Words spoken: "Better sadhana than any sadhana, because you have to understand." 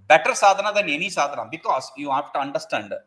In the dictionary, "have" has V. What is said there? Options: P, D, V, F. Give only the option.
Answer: F